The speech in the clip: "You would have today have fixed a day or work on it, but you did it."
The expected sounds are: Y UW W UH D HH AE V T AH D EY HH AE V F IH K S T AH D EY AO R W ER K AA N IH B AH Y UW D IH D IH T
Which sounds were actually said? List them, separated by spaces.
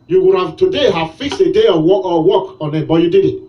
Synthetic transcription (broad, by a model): Y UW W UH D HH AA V T AH D EY HH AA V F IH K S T AH D EY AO W W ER K AA N IH B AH Y UW D IH D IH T